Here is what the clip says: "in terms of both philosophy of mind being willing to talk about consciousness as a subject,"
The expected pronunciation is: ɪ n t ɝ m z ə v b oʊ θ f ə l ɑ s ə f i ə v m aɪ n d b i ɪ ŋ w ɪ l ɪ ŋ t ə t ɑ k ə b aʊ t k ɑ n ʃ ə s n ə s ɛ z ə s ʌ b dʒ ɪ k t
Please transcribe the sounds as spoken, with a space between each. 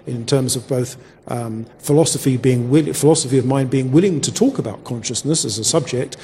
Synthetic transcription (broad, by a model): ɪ n t ɝ m z ə v b oʊ θ f ə l ɑ s ə f i ə v m aɪ n b i ɪ ŋ w ɪ l ɪ ŋ t ə t ɑ k ə b aʊ t k ɑ n ʃ ə s n ə s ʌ z ə s ʌ b dʒ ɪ k t